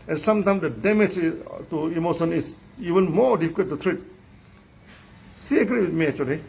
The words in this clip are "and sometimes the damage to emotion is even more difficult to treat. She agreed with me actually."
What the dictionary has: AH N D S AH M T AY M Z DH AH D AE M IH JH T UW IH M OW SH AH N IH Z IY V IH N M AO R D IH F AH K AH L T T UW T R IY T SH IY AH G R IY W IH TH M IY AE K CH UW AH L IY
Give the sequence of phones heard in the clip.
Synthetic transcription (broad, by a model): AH N S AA M T AY M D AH D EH M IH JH T UW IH M OW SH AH N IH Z IY V IH N M AO D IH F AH K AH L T T UW T R IY T S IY AH G R IY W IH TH M IY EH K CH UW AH L IY